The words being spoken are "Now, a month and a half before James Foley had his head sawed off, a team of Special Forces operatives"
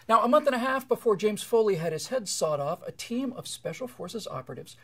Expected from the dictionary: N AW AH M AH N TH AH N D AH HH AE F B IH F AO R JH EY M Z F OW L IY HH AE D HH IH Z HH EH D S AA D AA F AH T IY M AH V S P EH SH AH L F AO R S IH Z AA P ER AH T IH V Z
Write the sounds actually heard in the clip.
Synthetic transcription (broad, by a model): N AW AH M AH N TH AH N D AH HH AE F B IH F AO R JH EY M Z F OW L IY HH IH D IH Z HH EH D S AA D AA F AH T IY M AH V S P EH SH L F AO R S IH Z AA P ER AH T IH V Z